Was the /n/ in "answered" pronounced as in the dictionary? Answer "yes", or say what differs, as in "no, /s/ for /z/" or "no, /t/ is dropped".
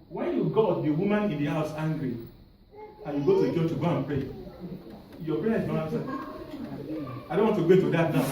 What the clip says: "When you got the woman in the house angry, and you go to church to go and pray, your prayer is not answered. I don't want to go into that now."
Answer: no, /n/ is dropped